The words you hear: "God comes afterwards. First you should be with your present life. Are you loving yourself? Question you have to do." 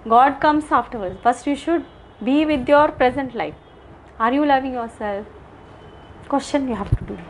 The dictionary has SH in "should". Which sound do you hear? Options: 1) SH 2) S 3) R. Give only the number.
1